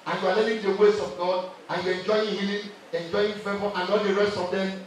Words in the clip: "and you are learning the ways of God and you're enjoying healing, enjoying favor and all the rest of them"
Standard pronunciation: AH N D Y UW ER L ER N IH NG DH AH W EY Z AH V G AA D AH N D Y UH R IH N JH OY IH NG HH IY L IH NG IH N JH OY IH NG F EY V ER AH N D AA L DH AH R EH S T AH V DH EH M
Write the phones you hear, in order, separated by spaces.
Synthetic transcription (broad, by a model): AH N Y UW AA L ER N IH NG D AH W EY S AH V G AA D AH N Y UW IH N JH OY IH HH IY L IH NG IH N JH OY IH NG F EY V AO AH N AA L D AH R EH S T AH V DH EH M